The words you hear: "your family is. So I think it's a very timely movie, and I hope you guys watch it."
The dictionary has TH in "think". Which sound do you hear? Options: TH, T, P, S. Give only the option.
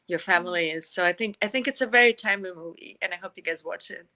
TH